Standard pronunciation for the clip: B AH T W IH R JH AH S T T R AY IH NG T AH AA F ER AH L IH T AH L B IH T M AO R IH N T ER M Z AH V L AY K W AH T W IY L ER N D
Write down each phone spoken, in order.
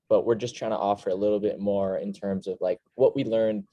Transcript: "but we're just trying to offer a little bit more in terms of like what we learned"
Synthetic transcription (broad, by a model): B AH T W IH R JH AH S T T R AY IH NG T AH AA F ER AH L IH T L B IH T M AO R IH N T ER M Z AH V L AY K W AH T W IY L ER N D